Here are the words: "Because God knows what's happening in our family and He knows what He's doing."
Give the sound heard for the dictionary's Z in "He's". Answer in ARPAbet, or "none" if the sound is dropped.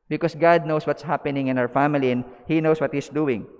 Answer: S